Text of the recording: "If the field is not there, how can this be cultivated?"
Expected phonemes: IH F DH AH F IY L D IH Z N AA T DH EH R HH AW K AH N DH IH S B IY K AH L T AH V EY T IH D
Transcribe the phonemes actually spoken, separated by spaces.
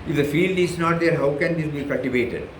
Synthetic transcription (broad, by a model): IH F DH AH F IY L D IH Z N AA T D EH R HH AW K AH N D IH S B IY K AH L T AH V EY T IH D